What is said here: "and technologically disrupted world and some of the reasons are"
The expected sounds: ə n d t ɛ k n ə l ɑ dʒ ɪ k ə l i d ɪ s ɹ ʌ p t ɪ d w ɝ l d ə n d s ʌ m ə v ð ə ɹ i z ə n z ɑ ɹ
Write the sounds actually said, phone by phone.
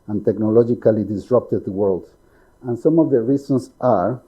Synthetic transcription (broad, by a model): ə n t ɛ k n ə l ɑ dʒ ɪ k ə l i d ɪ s ɹ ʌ p t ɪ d w ɝ l d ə n s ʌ m ə v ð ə ɹ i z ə n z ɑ ɹ